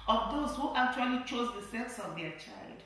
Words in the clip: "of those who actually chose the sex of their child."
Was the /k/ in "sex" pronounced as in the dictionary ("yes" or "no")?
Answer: yes